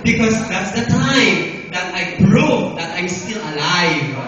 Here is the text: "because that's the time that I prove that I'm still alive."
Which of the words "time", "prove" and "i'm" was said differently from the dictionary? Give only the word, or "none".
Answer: prove